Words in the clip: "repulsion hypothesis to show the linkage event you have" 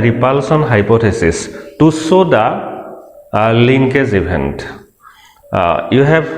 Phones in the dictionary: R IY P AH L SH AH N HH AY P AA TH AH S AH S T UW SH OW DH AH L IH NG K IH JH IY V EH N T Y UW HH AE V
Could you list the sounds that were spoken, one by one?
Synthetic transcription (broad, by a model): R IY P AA L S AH N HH AY P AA T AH S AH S T UW S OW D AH L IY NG K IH Z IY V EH N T Y UW HH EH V